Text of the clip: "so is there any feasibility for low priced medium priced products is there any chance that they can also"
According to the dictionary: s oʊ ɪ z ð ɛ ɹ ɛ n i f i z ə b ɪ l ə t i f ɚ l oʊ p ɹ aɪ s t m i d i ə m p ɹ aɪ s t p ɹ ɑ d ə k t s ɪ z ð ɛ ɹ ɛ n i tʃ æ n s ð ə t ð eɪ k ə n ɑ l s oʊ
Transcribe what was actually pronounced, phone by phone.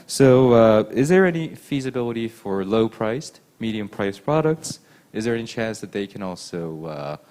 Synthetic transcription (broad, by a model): s oʊ ɪ z ð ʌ ɹ ɛ n i f i z ə b ɪ l ə t i f ɚ l oʊ p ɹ aɪ s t m i d i ə m p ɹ aɪ s p ɹ ɑ d ə k t s ɪ z ð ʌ ɹ ɛ n i tʃ æ n s ð ə t ð eɪ k ə n ɑ l s oʊ